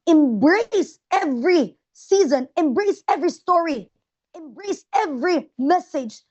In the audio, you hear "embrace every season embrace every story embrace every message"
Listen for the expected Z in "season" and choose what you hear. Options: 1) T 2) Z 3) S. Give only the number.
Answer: 2